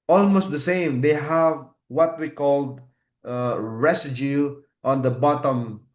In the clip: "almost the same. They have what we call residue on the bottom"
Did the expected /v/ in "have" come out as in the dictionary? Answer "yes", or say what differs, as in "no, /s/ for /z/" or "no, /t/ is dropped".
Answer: yes